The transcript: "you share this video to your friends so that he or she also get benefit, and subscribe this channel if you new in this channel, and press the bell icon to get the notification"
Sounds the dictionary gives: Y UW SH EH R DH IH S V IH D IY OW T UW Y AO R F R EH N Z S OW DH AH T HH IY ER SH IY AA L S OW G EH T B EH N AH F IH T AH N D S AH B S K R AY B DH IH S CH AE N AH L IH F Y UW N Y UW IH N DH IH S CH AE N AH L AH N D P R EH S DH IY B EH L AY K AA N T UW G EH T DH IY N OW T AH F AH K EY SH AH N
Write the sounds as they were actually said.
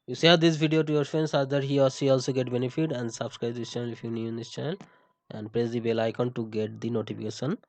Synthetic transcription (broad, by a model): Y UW S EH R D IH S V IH D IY OW T UW Y AO R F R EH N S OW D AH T HH IY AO S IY AA L S OW G EH T B EH N AH F IH T AH N D S AH B S K R AY B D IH S CH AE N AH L IH F Y UW N Y UW IH N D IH S CH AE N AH L AH N D P R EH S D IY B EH L AY K AA N T UW G EH T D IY N OW T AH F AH K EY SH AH N